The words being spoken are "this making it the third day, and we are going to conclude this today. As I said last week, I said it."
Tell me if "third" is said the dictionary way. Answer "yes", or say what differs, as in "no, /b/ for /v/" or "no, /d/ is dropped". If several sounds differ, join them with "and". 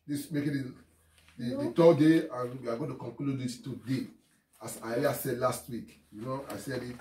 no, /t/ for /θ/